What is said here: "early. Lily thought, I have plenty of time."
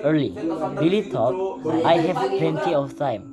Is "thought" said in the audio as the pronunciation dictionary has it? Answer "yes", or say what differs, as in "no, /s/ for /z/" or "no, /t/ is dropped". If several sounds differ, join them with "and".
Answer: no, /t/ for /θ/